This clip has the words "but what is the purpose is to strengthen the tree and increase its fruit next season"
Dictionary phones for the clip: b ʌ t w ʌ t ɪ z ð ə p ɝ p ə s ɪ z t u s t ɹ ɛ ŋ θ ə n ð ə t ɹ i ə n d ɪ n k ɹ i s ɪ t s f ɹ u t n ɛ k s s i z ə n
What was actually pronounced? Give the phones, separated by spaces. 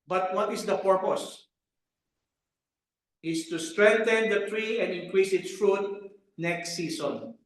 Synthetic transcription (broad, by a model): b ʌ t w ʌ t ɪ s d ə p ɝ p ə s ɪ s t u s t ɹ ɛ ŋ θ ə n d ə t ɹ i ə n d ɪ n k ɹ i s ɪ t s f ɹ u t n ɛ k s s i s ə n